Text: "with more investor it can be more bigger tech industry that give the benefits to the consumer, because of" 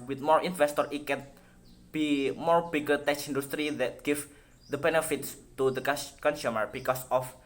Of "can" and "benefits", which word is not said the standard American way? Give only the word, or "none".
none